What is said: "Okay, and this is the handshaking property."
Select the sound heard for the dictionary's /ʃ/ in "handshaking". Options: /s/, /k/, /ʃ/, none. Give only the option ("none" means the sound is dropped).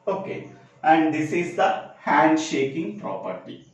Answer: /ʃ/